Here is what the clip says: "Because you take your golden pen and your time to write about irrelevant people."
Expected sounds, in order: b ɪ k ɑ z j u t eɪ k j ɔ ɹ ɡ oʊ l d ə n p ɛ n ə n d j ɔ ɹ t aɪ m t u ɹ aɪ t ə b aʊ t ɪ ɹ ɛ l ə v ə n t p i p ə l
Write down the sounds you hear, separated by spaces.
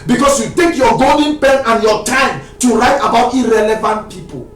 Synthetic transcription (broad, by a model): b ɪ k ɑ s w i t eɪ k j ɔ ɡ oʊ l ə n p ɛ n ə n j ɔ t aɪ m t u ɹ aɪ t ə b aʊ t ɪ ɹ ɛ l ə v ə n t p i p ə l